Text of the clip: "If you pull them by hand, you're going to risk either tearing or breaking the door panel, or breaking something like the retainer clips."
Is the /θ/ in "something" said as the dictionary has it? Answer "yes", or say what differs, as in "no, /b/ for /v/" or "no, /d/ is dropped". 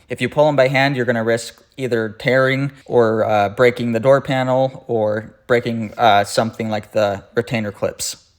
yes